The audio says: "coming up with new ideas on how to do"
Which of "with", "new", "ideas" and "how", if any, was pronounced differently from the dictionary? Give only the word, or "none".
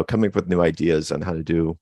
none